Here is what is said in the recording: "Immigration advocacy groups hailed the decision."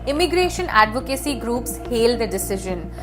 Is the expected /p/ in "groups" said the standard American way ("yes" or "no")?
yes